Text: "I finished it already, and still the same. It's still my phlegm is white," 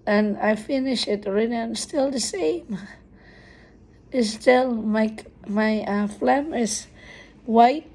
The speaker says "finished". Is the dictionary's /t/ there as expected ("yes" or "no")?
no